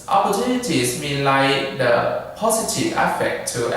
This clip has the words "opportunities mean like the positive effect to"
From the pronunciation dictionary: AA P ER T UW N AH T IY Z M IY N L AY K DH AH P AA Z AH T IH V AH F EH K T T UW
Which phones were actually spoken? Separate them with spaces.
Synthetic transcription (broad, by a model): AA P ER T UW N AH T IY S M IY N L AY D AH P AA S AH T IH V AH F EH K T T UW